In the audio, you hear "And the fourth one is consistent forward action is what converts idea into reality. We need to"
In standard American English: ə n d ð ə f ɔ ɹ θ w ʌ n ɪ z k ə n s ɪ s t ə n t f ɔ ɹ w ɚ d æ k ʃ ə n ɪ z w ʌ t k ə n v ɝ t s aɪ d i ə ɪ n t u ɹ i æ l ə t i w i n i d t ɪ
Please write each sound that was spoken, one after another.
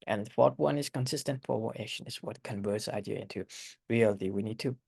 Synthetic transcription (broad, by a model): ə n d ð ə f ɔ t w ʌ n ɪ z k ə n s ɪ s t ə n t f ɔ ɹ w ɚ æ ʃ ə n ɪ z w ʌ t k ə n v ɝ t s aɪ d i ə ɪ n t u ɹ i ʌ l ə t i w i n i d t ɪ